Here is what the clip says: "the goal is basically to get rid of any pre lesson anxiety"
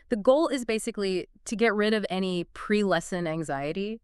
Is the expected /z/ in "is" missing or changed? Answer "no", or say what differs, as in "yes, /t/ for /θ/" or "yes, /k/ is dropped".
no